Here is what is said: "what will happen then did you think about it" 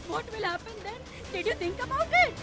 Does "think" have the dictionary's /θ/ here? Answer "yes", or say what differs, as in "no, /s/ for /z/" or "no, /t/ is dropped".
no, /t/ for /θ/